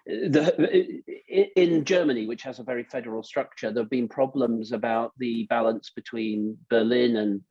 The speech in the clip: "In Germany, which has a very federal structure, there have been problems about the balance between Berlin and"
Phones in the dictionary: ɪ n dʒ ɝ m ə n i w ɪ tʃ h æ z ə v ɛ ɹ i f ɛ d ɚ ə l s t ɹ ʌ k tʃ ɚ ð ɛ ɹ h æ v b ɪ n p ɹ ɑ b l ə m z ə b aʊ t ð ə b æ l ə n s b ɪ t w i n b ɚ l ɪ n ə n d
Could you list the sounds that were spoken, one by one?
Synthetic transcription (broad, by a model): ɪ n dʒ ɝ m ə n i w ɪ tʃ h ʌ z ə v ɛ ɹ i f ɛ d ɚ ə l s t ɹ ʌ k tʃ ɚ ð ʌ v b ɪ n p ɹ ɑ b l ə m z ə b aʊ t ð ə b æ l ə n s b ɪ t w i n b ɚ l ɪ n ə n